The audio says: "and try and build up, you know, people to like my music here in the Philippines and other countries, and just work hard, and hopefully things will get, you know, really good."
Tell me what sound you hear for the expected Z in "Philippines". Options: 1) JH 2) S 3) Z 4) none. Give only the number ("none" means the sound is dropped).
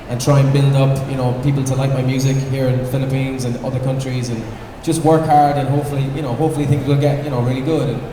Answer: 3